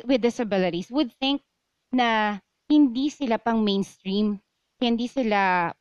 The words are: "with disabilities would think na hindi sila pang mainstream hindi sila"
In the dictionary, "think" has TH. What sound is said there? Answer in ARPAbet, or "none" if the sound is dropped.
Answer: TH